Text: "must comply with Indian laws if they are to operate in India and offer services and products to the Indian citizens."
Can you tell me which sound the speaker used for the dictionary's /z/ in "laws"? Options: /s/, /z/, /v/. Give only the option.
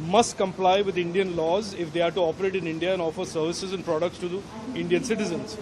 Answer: /z/